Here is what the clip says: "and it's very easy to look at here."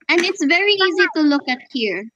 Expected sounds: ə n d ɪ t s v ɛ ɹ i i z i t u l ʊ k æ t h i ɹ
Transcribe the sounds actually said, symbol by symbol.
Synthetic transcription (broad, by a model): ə n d ɪ t s v ɛ ɹ i i z i t u l ʊ k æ t h i ɹ